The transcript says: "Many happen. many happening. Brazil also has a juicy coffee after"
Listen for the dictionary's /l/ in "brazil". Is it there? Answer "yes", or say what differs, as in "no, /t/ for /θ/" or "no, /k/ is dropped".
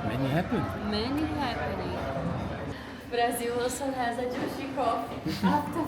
no, /w/ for /l/